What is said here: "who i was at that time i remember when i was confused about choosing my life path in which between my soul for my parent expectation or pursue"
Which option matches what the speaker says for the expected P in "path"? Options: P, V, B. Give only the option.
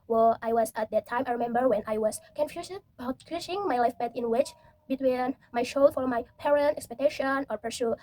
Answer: B